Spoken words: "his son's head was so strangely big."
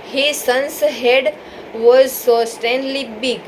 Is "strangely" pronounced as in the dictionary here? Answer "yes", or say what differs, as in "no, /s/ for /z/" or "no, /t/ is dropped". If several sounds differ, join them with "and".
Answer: no, /ɹ/ is dropped